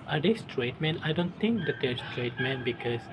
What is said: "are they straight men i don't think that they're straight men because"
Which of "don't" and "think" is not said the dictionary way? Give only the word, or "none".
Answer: think